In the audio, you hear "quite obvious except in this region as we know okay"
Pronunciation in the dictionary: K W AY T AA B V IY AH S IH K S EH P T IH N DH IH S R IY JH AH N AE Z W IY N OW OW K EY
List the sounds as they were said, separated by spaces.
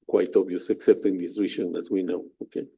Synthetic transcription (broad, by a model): K W AY T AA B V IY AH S IH K S EH P T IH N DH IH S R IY SH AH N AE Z W IY N OW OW K EY